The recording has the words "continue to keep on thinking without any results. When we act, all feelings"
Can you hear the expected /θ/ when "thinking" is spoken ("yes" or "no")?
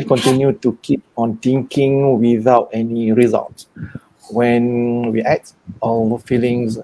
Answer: no